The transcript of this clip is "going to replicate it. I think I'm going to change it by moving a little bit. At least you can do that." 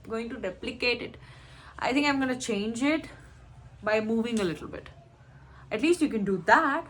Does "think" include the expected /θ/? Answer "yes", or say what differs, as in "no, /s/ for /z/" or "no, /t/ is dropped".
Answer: no, /t/ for /θ/